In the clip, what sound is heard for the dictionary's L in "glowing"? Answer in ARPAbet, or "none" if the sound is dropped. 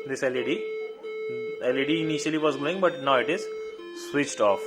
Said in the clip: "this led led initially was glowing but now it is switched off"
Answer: none